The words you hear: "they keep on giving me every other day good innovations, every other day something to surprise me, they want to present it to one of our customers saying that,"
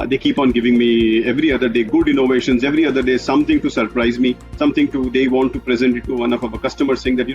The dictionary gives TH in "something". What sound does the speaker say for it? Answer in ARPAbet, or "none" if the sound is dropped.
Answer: T